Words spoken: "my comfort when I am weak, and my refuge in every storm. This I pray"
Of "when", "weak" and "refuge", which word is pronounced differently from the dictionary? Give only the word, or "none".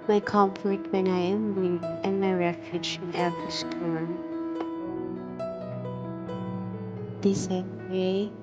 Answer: weak